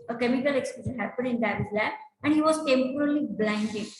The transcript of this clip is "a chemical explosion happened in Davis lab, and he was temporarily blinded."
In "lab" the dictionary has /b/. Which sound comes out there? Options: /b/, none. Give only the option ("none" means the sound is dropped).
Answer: none